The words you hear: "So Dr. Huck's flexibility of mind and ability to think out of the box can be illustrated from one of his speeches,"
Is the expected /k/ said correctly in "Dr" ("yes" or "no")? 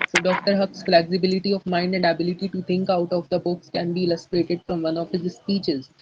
yes